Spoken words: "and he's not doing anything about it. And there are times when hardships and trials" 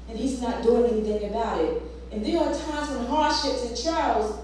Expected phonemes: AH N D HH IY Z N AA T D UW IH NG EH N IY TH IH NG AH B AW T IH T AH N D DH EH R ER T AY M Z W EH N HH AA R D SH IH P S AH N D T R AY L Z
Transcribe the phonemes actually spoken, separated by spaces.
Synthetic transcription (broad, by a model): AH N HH IY Z N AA T D UW IH NG EH N IY TH IH NG AH B AW T IH T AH N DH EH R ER T AY M Z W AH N HH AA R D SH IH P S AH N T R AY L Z